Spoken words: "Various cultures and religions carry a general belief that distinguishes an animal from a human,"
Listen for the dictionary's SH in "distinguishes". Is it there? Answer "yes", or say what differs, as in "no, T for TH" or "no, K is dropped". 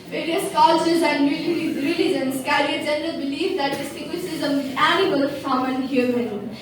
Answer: no, S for SH